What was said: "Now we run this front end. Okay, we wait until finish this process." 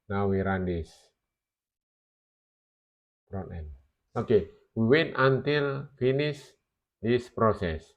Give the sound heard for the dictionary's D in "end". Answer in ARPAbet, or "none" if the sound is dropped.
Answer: none